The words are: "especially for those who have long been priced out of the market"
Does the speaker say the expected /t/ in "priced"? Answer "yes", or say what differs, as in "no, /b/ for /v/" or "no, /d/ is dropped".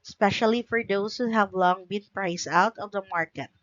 no, /t/ is dropped